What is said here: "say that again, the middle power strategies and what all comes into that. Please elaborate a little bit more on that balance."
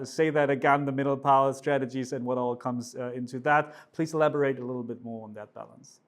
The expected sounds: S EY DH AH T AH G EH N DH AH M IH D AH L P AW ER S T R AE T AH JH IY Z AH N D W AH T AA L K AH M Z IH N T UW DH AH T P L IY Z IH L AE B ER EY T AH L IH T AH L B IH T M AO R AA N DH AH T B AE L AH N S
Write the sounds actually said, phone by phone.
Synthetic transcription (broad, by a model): S EY DH AH T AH G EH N DH AH M IH D L P AW ER S T R AE T AH JH IY Z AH N W AH T AA L K AH M Z IH N T UW DH AH T P L IY Z IH L AE B ER EY T AH L IH T L B IH T M AO R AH N DH AH T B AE L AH N S